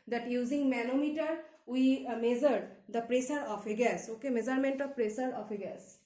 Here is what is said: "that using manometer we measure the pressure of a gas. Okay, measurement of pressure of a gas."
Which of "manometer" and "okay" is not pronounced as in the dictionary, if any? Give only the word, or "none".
manometer